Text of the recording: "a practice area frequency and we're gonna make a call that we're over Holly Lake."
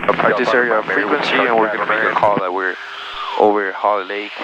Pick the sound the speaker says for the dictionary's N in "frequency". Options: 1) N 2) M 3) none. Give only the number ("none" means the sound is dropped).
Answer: 1